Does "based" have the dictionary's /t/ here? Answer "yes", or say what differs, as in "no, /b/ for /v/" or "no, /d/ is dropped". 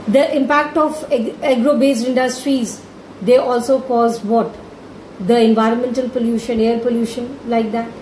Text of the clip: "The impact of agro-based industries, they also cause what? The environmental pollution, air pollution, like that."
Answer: no, /t/ is dropped